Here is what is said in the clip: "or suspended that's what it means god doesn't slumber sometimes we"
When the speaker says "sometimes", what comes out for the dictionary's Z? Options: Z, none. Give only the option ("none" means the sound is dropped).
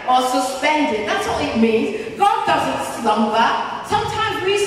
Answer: Z